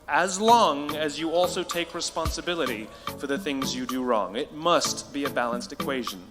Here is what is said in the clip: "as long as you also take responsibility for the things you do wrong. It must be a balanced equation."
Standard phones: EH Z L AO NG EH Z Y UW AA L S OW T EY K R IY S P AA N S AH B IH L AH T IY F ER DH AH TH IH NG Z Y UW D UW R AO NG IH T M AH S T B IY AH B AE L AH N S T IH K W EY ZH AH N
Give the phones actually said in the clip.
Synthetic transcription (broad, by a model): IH Z L AO NG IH Z Y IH AA L S OW T EY K R IY S P AA N S AH B IH L AH T IY F ER DH AH TH IH NG Z Y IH D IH R AO NG IH T M AH S T B IY AH B AE L AH N S T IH K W EY ZH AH N